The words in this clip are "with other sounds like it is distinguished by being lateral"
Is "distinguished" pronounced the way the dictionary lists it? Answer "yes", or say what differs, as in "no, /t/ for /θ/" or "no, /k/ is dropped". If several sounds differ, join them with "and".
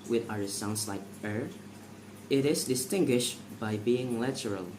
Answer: yes